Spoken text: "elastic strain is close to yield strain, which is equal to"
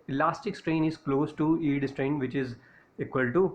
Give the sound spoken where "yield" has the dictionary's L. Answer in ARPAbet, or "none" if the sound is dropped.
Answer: none